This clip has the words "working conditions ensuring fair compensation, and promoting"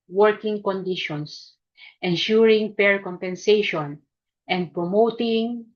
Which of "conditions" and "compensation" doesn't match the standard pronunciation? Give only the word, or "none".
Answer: conditions